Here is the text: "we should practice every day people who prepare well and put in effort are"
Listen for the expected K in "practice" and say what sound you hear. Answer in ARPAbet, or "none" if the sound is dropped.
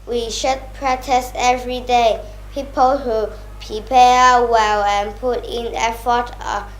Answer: none